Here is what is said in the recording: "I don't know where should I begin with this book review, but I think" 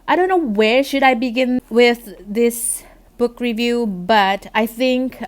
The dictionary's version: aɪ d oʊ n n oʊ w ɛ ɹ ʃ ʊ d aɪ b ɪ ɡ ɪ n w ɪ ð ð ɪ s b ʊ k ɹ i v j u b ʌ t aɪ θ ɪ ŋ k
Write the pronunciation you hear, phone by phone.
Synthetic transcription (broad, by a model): aɪ d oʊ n n oʊ w ɛ ɹ ʃ ʊ d aɪ b ɪ ɡ ɪ n w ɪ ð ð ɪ s b ʊ k ɹ i v j u b ʌ t aɪ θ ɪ ŋ k